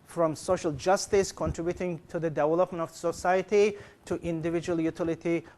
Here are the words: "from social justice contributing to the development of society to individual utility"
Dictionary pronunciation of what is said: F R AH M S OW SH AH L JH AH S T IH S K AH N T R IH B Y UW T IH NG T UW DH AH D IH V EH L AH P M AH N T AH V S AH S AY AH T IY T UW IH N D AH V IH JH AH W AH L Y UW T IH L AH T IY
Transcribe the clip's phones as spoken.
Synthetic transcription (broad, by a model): F R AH M S OW SH AH L JH AH S T IH S K AH N T R IH B Y UW T IH NG T UW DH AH D IH V EH L AH P M AH N T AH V S AH S AY AH T IY T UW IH N D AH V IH JH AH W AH L Y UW T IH L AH T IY